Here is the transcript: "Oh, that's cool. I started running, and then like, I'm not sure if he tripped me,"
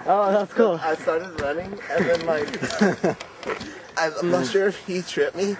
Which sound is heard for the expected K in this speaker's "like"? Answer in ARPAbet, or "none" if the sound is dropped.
none